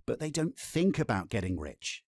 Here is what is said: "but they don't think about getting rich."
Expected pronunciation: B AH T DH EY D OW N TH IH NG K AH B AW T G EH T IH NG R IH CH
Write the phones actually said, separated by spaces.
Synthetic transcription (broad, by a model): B AH T DH EY D OW N TH IH NG K AH B AW T G EH T IH NG R IH CH